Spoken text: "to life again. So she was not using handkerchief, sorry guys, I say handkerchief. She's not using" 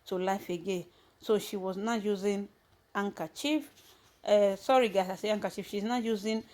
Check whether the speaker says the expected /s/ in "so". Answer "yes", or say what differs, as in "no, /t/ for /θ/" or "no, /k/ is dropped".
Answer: yes